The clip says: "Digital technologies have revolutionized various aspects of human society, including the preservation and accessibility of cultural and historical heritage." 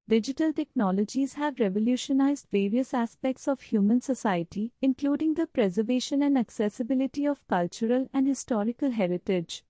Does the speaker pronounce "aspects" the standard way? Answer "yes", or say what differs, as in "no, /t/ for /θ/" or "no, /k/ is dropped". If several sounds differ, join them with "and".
yes